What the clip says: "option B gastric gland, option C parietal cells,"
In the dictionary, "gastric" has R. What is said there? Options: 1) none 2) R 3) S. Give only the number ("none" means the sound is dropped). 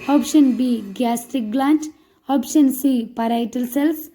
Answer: 1